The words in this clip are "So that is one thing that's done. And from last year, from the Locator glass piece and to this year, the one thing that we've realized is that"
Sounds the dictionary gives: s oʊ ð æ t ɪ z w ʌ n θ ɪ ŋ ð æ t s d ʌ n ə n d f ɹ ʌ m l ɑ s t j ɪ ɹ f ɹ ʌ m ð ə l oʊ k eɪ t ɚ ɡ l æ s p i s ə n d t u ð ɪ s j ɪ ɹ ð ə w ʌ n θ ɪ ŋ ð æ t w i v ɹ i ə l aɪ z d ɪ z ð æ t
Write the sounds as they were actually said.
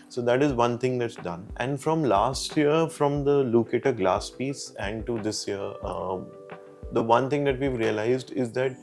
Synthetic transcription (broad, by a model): s oʊ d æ t ɪ z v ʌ n t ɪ ŋ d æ t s d ʌ n ə n d f ɹ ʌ m l ɑ s t j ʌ ɹ f ɹ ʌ m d ə l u k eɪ t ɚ ɡ l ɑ s p i s ə n d t u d ɪ s j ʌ ɹ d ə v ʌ n t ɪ ŋ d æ t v i v ɹ i ə l aɪ z d ɪ z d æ t